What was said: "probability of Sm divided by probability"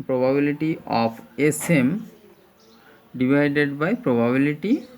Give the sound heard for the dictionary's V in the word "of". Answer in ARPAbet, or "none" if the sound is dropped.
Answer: P